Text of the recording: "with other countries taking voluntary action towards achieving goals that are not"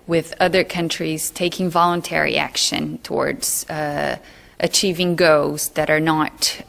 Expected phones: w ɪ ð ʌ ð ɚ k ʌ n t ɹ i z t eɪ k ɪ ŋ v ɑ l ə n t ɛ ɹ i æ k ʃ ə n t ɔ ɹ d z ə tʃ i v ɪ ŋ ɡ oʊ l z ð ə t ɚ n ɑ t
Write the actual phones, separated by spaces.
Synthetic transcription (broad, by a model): w ɪ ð ʌ ð ɚ k ʌ n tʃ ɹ i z t eɪ k ɪ ŋ v ɑ l ə n t ɛ ɹ i æ k ʃ ə n t ɔ ɹ d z ə tʃ i v ɪ ŋ ɡ oʊ z ð ə t ɚ n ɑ t